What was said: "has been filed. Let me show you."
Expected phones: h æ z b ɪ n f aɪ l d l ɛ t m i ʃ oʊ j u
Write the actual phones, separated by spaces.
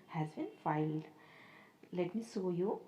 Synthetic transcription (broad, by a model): h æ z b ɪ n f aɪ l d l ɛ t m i s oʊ j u